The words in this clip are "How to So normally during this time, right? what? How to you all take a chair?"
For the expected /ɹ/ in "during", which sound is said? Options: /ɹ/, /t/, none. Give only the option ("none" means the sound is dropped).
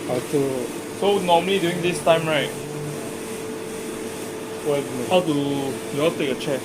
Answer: none